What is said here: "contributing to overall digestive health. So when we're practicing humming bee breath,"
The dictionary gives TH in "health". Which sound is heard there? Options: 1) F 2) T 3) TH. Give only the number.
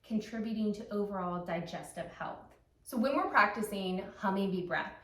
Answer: 3